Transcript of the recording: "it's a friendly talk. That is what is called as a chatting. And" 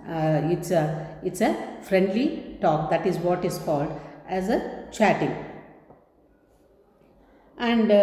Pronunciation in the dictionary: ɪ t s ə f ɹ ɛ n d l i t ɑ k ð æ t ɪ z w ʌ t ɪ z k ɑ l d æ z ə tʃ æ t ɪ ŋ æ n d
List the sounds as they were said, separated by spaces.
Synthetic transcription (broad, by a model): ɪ t s ə f ɹ ɛ n d l i t ɑ k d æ t ɪ z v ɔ t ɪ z k ɑ l d æ z ə tʃ æ t ɪ ŋ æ n d